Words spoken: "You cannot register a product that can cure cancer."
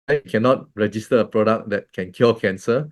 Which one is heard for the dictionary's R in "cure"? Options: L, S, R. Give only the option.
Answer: L